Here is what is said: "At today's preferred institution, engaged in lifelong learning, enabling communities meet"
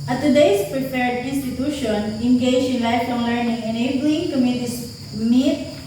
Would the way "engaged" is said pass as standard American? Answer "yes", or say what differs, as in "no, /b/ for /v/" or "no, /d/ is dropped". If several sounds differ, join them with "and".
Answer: no, /d/ is dropped